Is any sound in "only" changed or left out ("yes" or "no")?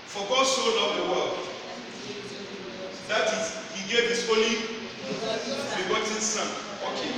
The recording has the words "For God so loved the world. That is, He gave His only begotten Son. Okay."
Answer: yes